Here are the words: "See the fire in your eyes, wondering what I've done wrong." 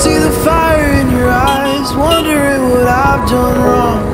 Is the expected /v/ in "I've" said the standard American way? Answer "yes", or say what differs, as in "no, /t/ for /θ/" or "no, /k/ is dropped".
yes